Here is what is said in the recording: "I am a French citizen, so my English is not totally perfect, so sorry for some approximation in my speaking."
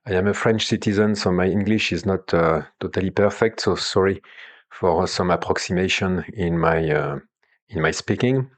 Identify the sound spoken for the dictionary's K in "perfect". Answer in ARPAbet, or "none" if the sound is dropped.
K